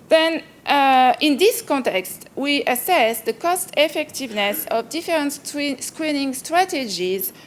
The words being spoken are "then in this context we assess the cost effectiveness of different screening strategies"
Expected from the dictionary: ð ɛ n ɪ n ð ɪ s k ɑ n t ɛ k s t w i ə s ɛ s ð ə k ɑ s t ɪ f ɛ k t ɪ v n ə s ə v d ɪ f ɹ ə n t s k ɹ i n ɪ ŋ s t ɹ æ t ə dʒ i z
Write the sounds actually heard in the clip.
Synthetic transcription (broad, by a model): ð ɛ n ɪ n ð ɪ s k ɑ n t ɛ k s t w i ə s ɛ s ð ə k ɑ s t ɪ f ɛ k t ɪ v n ə s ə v d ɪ f ɹ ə n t s k ɹ i n ɪ ŋ s t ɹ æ t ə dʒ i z